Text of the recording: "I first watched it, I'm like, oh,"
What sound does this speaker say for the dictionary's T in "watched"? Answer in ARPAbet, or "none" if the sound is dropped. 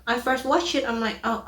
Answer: none